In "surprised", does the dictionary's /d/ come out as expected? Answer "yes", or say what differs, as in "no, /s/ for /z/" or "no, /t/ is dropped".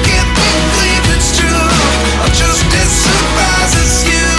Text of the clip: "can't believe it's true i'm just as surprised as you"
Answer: no, /d/ is dropped